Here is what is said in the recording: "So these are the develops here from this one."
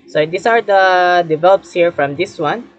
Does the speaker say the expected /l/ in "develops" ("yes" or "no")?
yes